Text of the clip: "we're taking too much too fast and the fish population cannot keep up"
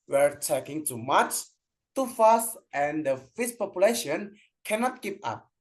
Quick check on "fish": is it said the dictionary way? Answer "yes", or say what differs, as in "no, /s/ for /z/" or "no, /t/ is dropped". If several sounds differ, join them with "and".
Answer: no, /s/ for /ʃ/